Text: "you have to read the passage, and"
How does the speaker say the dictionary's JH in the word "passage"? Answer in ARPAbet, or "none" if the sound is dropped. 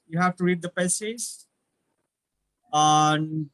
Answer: Z